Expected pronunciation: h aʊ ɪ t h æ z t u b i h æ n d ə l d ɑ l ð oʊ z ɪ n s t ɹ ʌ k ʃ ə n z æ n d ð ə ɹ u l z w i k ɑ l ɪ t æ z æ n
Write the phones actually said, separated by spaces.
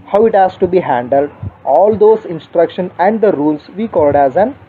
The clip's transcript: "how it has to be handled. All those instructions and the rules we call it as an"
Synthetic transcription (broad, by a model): h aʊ ɪ t h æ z t u b i h æ n d ə l d ɑ l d oʊ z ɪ n s t ɹ ʌ k ʃ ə n æ n d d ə ɹ u l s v i k ɑ l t æ z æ n